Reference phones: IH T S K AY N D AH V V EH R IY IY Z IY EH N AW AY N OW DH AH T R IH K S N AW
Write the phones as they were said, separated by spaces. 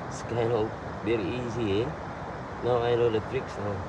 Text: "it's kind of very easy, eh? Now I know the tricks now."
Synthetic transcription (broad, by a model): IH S K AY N AH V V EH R IY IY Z IY EH N AW AY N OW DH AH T R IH K S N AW